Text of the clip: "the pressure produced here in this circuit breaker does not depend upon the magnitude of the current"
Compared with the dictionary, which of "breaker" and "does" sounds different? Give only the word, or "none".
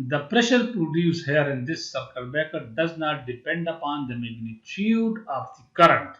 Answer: breaker